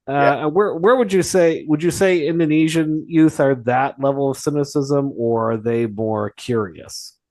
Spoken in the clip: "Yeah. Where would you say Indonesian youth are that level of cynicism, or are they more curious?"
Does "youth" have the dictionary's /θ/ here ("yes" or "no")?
yes